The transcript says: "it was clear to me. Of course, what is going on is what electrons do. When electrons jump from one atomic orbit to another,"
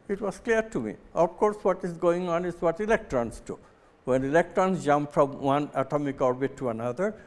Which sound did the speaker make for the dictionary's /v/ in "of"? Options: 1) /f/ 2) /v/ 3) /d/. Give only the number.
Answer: 1